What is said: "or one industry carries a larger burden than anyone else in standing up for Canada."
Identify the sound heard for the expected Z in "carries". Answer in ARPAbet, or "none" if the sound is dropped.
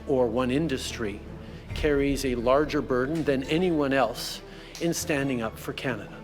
Z